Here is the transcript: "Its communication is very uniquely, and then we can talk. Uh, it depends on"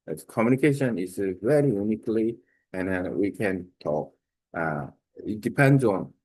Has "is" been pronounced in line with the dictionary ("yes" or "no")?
no